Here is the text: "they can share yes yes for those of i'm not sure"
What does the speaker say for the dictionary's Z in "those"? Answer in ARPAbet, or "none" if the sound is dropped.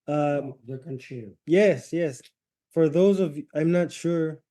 Z